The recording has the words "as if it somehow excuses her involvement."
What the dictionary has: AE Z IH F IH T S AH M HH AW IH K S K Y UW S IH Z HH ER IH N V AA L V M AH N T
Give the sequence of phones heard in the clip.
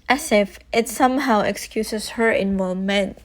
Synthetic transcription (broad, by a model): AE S IH F IH T S AH M HH AW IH K S K Y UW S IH S HH ER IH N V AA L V M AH N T